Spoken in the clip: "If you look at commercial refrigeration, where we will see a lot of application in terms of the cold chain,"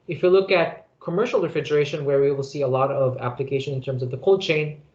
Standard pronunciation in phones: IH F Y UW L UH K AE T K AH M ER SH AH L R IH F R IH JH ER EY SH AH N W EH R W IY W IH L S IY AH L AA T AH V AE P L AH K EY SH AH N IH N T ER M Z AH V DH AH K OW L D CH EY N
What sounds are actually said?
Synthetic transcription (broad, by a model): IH F Y UW L UH K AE T K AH M ER SH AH L R IH F R IH JH ER EY SH AH N W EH R W IY W IH L S IY AH L AA T AH V AE P L AH K EY SH AH N IH N T ER M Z AH V DH AH K OW L D CH EY N